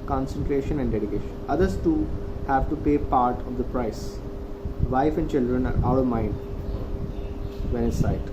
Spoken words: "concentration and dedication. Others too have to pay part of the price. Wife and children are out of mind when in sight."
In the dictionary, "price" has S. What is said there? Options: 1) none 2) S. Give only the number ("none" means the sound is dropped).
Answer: 2